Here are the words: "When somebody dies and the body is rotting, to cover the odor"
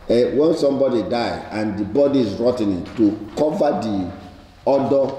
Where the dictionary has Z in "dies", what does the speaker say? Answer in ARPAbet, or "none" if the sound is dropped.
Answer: none